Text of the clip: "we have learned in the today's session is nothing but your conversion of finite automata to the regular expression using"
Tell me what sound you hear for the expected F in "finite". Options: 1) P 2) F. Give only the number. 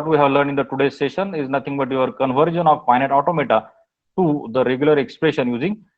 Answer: 1